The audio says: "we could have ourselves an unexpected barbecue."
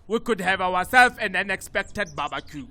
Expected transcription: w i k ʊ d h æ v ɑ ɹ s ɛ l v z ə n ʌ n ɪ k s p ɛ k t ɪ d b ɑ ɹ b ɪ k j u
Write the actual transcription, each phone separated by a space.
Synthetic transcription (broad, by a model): w i k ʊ d h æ v ɑ w s ɛ l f ə n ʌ n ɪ k s p ɛ k t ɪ d b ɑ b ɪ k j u